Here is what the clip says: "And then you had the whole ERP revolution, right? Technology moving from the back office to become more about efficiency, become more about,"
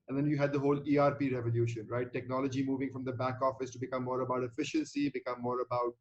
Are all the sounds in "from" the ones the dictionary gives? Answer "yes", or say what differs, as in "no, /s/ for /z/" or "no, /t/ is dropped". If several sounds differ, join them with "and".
yes